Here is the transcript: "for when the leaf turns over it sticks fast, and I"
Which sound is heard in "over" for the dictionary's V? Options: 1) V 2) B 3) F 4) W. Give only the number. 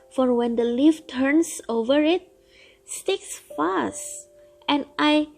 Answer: 1